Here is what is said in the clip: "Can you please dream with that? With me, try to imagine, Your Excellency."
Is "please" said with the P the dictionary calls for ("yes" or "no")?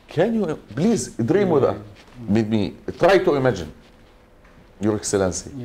no